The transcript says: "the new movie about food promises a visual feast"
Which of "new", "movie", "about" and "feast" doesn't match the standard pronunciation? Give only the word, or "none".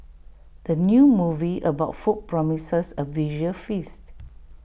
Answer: none